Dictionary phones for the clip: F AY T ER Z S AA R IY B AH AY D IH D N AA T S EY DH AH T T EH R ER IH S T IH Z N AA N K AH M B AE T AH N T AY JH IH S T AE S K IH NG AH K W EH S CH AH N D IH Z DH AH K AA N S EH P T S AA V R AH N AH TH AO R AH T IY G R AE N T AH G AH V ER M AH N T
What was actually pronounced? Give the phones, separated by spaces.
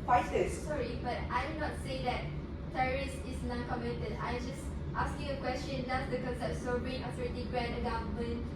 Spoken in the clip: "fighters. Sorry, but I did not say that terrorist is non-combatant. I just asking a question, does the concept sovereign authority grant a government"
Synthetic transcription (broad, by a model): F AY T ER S S AA R IY B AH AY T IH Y N AA T S EY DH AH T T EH R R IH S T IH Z N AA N K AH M EH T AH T AY JH IH S T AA S K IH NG AH K W EH S CH AH N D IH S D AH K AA N S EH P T S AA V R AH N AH T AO R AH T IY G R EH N AH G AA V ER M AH N